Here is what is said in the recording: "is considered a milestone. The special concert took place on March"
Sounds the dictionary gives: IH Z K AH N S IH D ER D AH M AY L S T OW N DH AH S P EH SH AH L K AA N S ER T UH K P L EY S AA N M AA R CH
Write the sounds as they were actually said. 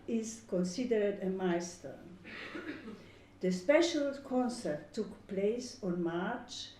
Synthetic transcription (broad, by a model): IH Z K AH N S IH D ER D AH M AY S T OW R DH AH S P EH SH AH L K AA N S ER T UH K P L EY S AA N M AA R CH